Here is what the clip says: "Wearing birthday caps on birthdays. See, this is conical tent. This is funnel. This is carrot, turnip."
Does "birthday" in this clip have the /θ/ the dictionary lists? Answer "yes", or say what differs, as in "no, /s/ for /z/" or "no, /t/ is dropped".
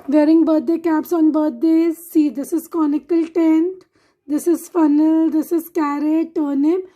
no, /t/ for /θ/